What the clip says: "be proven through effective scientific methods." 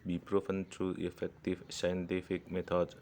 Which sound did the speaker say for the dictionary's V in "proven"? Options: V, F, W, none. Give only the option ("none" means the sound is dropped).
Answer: F